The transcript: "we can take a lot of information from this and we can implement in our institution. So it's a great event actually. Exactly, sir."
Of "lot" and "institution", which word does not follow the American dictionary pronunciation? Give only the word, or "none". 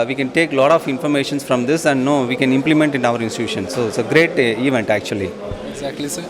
none